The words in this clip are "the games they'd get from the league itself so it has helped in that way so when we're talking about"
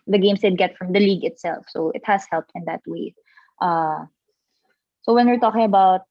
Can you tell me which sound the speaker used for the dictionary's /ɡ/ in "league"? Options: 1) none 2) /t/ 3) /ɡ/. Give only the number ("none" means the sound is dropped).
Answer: 3